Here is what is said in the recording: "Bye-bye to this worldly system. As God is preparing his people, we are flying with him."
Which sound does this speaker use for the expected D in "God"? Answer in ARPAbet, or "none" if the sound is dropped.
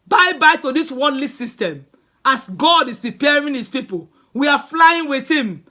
D